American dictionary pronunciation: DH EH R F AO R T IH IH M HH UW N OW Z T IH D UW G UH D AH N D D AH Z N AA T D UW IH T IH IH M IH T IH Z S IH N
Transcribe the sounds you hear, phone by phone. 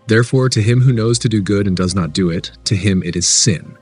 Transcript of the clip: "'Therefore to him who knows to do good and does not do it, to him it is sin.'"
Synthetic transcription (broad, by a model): DH EH R F AO R T IH IH M HH UW N OW Z T IH D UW G UH D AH N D D AH Z N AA T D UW IH T IH IH M IH T IH Z S IH N